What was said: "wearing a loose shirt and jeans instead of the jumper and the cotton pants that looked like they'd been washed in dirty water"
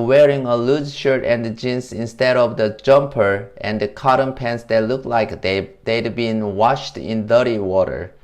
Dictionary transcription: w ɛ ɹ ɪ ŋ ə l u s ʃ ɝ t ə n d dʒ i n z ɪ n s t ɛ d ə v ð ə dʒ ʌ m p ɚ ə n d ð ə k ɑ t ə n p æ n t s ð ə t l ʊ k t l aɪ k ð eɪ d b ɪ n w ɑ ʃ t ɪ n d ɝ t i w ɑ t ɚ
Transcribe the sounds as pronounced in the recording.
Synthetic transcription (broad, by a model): w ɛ ɹ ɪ ŋ ə l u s ʃ ɝ t ə n d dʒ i n s ɪ n s t ɛ d ə v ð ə dʒ ʌ m p ɚ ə n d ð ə k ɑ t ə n p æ n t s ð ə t l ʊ k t l aɪ k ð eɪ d b ɪ n w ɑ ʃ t ɪ n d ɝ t i w ɑ t ɚ